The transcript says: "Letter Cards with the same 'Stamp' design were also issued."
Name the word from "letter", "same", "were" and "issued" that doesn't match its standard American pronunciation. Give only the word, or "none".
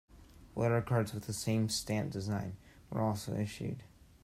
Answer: letter